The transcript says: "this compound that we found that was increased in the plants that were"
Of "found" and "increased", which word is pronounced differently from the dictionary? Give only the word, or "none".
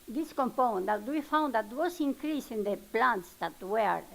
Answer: increased